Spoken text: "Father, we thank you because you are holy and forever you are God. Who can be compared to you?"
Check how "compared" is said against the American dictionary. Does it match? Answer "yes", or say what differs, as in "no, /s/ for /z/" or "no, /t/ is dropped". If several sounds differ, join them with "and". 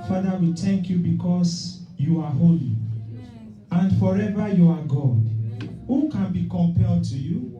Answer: no, /l/ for /ɹ/